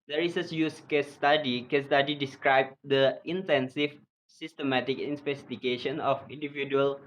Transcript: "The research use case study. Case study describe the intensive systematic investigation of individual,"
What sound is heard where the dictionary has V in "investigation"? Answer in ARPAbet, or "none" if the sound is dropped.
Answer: P